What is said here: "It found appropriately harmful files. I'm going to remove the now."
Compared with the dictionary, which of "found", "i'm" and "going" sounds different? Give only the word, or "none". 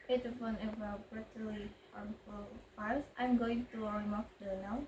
found